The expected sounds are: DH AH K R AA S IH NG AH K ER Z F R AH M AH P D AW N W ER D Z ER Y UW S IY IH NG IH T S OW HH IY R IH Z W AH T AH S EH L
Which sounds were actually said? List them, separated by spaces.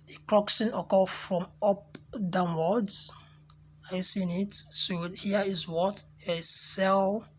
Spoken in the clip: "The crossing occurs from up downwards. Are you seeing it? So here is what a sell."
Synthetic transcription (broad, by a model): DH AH K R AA S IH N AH K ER F R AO M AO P D AW N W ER D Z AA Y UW S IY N IH T S OW HH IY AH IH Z W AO T AH S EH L